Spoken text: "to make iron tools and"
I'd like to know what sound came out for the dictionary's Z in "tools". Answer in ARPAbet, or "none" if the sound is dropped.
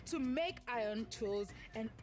Z